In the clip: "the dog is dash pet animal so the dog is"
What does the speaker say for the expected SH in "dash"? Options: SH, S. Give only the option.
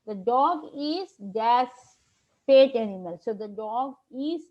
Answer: S